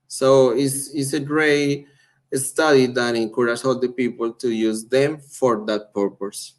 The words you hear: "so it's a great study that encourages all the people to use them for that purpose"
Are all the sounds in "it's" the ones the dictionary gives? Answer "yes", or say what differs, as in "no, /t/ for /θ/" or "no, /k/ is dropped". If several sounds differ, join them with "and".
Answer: no, /s/ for /t/